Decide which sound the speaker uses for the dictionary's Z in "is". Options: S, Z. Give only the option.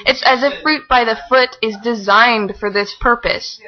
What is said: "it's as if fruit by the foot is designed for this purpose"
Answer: Z